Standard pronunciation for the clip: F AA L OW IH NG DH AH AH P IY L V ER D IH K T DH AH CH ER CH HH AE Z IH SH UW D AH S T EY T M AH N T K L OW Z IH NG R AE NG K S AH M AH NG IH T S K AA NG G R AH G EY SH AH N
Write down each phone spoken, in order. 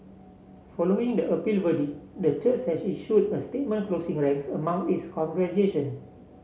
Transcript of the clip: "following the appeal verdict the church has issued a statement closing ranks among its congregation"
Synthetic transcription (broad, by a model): F AA L OW IH NG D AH AH P IY L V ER D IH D AH CH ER CH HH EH S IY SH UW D AH S T EY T M AH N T K L OW S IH NG R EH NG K S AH M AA NG IH T S K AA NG G R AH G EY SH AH N